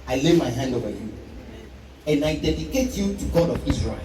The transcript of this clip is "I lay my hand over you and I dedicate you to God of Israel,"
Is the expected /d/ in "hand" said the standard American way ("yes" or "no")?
yes